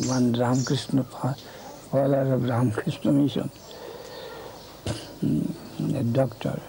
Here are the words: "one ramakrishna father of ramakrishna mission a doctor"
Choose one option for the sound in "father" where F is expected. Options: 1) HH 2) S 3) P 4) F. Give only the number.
3